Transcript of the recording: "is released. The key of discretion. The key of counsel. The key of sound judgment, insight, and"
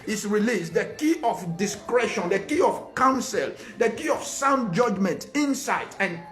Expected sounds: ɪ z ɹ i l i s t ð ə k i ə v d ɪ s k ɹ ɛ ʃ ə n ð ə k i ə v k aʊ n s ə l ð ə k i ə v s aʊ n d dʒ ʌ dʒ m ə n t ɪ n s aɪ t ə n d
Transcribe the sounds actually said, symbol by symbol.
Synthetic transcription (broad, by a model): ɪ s ɹ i l i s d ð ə k i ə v d ɪ s k ɹ ɛ ʃ ə n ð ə k i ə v k aʊ n s ə l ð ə k i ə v s aʊ n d dʒ ʌ dʒ m ə n t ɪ n s aɪ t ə n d